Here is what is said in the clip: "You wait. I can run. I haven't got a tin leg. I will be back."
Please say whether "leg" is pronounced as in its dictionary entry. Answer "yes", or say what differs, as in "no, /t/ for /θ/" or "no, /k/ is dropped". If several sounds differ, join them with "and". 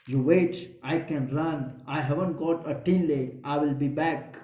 no, /ɡ/ is dropped